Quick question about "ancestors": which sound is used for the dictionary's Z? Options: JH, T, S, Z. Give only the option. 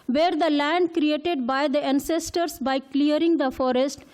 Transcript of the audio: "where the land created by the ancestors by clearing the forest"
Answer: S